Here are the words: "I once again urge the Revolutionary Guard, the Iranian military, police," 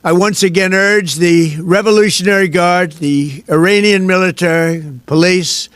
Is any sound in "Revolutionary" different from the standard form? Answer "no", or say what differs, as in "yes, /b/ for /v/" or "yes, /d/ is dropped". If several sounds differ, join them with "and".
no